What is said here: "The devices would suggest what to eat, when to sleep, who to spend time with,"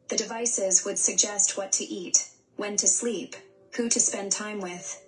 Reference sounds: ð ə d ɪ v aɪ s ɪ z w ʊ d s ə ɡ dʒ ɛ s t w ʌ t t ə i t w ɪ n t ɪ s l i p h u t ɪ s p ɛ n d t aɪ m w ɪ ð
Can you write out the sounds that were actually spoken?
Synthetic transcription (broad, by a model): ð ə d ɪ v aɪ s ɪ z w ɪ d s ə ɡ dʒ ɛ s t w ʌ t t i t w ɪ n t ɪ s l i p h u t ɪ s p ɛ n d t aɪ m w ɪ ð